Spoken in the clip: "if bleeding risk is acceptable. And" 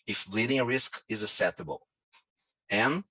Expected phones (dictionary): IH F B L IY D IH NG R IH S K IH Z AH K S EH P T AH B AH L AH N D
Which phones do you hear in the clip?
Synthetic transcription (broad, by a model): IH F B L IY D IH NG R IH S K IH Z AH S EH T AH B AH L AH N